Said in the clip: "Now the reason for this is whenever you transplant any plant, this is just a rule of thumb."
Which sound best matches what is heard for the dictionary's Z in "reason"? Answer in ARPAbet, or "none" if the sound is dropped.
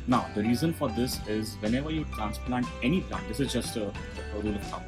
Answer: Z